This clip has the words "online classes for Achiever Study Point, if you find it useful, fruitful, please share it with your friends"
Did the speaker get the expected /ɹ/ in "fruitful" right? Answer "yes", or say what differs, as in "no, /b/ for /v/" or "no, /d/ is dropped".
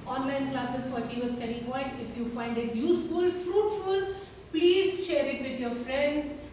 yes